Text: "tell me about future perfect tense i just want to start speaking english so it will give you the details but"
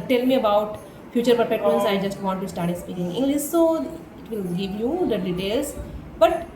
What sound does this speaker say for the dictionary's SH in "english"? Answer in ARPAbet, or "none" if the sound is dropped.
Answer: S